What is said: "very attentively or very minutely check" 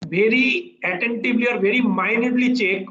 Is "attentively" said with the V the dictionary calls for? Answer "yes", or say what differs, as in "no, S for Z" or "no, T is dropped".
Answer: no, B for V